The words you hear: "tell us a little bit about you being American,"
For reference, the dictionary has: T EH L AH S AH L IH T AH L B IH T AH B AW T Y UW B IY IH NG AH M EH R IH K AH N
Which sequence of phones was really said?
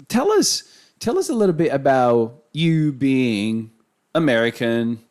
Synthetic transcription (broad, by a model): T EH L AH S AH L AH S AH L B IH T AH B AW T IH B IY IH NG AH M EH R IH K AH N